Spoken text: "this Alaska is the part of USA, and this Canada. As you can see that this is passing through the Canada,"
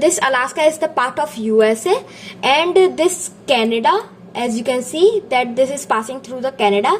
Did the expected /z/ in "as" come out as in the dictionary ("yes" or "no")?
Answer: yes